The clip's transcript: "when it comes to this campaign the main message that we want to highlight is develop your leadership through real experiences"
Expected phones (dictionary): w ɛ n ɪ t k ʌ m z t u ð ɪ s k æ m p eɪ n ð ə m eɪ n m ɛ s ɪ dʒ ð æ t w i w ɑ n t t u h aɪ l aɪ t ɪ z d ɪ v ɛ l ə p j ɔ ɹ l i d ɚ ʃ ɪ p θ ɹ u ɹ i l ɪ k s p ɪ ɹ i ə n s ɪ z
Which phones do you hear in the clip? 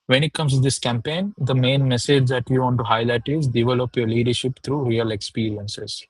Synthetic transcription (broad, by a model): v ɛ n ɪ t k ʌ m s t u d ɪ s k æ m p eɪ n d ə m eɪ n m ɛ s ɪ dʒ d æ t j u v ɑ n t t u h aɪ l aɪ t ɪ z d ɪ v ɛ l ə p j ɔ ɹ l i d ɚ ʃ ɪ p t ɹ u ɹ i l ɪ k s p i ɹ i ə n s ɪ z